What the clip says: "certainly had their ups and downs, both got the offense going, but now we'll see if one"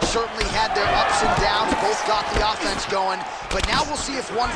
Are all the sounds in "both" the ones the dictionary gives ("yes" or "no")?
yes